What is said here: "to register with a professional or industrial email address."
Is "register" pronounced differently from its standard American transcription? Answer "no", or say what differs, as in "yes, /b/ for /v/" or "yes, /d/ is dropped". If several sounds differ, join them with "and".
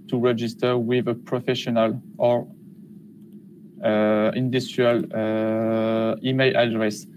no